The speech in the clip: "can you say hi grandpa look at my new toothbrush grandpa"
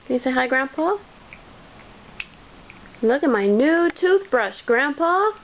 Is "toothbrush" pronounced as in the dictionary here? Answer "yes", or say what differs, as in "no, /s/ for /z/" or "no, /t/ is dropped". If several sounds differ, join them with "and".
yes